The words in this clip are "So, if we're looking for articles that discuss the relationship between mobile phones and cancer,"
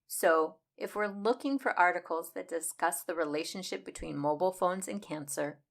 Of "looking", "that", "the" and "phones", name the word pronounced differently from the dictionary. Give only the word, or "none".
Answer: none